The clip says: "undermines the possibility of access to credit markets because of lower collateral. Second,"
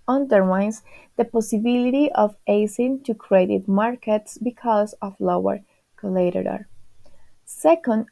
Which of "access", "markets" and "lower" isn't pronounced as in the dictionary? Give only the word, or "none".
access